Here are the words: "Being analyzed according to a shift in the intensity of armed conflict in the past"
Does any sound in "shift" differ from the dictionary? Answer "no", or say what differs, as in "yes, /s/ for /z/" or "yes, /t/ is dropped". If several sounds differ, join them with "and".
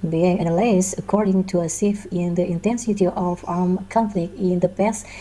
yes, /s/ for /ʃ/ and /t/ is dropped